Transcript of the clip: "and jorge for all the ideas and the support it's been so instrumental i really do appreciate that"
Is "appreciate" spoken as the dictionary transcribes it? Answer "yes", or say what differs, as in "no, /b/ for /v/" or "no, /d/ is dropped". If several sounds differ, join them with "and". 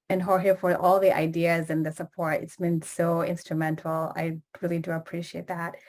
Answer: yes